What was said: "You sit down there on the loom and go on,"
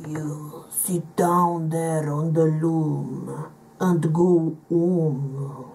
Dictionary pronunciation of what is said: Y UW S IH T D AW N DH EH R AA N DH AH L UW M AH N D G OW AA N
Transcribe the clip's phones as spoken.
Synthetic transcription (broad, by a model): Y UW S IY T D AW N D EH R AA N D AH L UW M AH N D G OW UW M